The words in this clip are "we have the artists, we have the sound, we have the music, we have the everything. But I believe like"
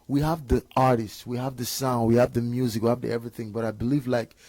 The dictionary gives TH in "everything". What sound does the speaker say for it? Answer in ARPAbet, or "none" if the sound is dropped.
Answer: TH